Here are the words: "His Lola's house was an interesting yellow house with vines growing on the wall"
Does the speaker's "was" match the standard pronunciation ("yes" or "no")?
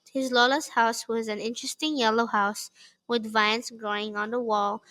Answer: yes